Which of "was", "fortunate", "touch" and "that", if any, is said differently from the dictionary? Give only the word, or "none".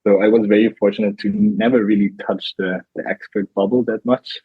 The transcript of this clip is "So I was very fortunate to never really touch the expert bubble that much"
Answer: none